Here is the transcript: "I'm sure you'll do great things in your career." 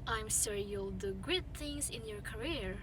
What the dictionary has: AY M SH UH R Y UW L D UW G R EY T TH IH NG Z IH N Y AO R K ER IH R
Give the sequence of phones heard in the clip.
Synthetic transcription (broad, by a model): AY M S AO R Y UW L D UW G UH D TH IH NG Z IH N Y AO R K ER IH R